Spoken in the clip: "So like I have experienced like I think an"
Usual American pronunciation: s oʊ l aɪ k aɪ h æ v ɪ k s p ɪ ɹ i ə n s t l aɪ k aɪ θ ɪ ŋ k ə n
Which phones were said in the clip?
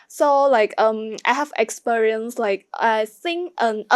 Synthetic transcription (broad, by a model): s oʊ l aɪ k aɪ h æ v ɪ k s p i ɹ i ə n s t l aɪ k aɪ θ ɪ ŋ ə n